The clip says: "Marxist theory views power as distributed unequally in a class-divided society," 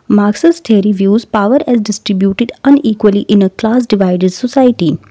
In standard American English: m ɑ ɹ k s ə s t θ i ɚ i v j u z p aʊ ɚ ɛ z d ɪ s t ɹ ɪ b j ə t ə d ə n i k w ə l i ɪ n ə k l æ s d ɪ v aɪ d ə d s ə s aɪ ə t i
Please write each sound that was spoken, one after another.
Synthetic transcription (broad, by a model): m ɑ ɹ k s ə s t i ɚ i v j u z p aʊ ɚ ɛ z d ɪ s t ɹ ɪ b j ə t ə d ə n i k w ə l i ɪ n ə k l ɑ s d ɪ v aɪ d ə d s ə s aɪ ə t i